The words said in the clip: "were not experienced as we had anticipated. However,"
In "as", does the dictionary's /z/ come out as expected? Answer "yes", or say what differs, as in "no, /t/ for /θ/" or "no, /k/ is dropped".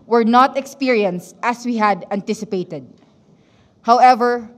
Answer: no, /s/ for /z/